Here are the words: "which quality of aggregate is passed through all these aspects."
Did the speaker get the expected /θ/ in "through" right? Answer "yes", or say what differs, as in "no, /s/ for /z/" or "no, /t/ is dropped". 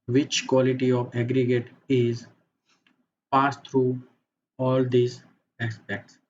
no, /t/ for /θ/